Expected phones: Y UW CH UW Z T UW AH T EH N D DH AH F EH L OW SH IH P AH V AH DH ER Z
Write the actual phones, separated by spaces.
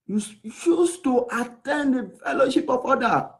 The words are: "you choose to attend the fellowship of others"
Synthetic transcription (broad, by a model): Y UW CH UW S T UW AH T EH N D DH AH F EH L OW SH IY P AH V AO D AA